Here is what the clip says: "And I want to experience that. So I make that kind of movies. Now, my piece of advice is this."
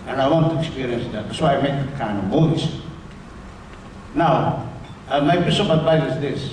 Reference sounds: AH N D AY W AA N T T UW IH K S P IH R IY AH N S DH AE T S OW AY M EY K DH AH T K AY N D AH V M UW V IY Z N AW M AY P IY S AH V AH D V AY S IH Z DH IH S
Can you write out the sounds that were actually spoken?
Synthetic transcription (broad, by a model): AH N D AY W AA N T T UW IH K S P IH R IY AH N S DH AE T S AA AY M EY K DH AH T K AY N D AH V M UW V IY S N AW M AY B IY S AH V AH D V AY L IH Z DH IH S